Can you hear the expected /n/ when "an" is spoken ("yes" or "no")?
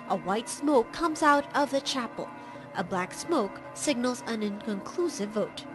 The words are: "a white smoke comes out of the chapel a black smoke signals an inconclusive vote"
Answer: yes